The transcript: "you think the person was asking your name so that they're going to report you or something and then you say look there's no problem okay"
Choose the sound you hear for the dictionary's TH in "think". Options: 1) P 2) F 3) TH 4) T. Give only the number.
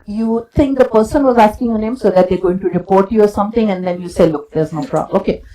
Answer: 4